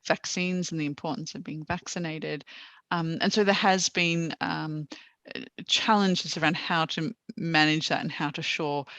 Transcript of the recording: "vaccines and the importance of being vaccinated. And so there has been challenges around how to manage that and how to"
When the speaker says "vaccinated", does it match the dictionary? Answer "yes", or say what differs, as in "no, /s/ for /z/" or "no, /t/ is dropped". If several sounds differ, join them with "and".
yes